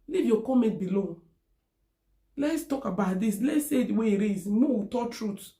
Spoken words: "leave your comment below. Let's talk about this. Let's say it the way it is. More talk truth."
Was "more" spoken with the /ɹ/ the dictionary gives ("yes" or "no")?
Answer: no